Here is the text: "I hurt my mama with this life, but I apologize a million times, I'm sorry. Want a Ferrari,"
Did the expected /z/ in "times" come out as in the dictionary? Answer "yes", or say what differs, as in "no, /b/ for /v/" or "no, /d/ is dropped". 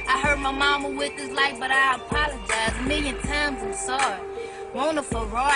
yes